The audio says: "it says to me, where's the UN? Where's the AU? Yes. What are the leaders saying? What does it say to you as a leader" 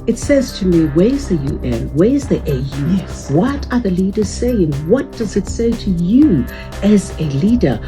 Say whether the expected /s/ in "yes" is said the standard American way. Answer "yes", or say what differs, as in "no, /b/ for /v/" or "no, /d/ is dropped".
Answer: no, /s/ is dropped